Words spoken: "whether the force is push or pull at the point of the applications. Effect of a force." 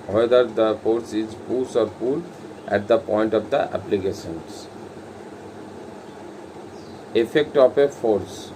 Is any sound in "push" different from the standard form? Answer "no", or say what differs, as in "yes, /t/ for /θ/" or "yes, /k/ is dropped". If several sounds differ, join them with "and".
yes, /s/ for /ʃ/